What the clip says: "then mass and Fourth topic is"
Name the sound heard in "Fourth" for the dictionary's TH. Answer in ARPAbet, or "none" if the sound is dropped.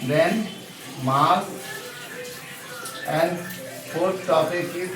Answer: T